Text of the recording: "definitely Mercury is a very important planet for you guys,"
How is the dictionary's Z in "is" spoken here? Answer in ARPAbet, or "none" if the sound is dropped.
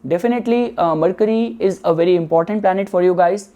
Z